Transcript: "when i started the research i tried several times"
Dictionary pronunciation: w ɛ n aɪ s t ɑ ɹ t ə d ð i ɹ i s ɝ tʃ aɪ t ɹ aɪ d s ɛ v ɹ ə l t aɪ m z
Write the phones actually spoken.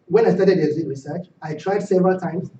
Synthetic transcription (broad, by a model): w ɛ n aɪ s t ɑ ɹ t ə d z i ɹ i s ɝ tʃ aɪ t ɹ aɪ d s ɛ v ɹ ə l t aɪ m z